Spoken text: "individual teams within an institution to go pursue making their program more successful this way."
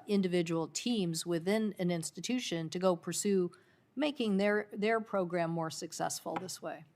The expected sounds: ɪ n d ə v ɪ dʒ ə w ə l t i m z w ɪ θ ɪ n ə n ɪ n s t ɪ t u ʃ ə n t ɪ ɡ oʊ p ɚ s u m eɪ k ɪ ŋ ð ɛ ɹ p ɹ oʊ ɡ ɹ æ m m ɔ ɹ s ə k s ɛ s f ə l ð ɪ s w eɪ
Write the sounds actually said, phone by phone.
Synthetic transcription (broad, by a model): ɪ n d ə v ɪ dʒ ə w l t i m z w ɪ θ ɪ n ə n ɪ n s t ɪ t u ʃ ə n t ɪ ɡ oʊ p ɚ s u m eɪ k ɪ ŋ ð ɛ ɹ p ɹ oʊ ɡ ɹ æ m m ɔ ɹ s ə k s ɛ s f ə l ð ɪ s w eɪ